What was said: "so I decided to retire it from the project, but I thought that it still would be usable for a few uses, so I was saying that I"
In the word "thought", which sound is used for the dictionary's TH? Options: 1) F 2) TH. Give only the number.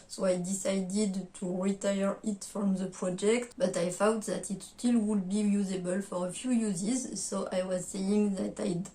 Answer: 1